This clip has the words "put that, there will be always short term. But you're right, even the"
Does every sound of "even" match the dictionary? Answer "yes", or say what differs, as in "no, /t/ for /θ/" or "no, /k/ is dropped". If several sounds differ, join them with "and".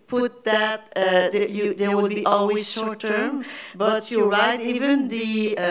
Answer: yes